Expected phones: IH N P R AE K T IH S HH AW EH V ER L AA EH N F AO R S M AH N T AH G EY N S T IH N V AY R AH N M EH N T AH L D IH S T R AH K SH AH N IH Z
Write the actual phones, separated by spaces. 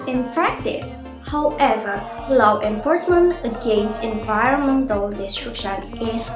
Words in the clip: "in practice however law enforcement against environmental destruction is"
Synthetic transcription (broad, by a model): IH N P R AE K T IH S HH AW EH V ER L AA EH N F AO R S M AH N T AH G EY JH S IH N V AY R AH N M EH N T AH L D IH S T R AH K SH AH N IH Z